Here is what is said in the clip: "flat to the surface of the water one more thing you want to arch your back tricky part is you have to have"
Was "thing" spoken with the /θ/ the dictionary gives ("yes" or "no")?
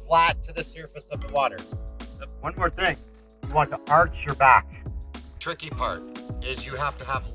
yes